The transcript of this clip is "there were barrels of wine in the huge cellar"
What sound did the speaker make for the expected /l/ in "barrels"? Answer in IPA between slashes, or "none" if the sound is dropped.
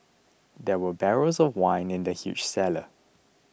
none